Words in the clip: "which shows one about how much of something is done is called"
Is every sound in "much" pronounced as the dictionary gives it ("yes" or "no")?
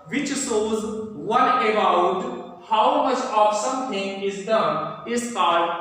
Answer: yes